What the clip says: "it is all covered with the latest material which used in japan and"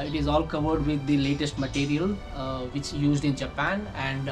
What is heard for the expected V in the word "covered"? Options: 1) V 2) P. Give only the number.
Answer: 1